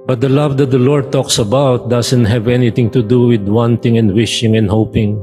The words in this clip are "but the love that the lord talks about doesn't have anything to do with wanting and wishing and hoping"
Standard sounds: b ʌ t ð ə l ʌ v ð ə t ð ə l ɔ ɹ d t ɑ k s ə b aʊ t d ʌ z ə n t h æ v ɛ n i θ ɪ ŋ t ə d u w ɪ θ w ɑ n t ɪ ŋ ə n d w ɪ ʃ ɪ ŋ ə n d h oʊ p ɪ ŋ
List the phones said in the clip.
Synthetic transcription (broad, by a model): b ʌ t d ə l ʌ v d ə t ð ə l ɔ ɹ d t ɑ k s ə b aʊ t d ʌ s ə n t h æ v ɛ n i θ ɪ ŋ t ə d u w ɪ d w ɑ n t ɪ ŋ ə n d w ɪ ʃ ɪ ŋ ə n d h oʊ p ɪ ŋ